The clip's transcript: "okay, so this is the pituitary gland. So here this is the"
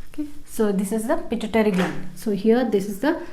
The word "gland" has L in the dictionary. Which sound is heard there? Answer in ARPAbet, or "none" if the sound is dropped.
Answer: none